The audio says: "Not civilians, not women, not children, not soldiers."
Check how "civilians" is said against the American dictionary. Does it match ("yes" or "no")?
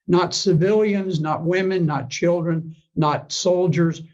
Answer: yes